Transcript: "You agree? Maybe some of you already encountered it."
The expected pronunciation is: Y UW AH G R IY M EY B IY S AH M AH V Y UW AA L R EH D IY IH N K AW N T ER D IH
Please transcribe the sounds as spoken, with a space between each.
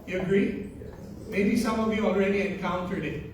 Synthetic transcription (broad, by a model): Y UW AH G R IY M EY B IY S AH M AH V Y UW AA L R EH D IY IH N K AW N T ER D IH